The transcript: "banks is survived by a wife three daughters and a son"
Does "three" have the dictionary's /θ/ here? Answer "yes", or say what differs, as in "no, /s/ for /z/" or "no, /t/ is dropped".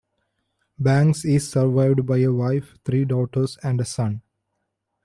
no, /t/ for /θ/